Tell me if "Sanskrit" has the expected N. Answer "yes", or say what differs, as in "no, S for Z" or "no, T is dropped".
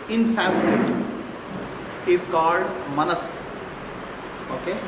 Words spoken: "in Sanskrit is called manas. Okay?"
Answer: no, N is dropped